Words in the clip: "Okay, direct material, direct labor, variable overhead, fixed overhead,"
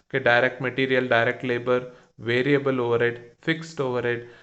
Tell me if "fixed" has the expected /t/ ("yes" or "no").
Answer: yes